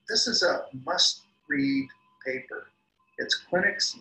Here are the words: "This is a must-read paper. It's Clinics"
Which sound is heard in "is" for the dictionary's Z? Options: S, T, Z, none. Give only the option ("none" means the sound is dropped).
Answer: Z